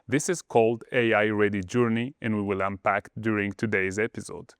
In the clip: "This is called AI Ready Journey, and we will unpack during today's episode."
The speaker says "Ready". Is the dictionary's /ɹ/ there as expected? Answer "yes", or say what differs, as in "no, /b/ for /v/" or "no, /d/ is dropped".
yes